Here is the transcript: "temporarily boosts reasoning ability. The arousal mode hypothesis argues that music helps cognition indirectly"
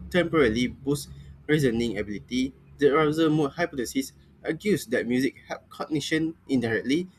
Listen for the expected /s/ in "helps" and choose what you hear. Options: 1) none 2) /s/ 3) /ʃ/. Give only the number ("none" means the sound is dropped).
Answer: 1